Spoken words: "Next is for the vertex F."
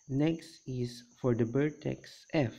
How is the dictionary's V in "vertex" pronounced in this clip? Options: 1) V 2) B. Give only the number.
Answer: 2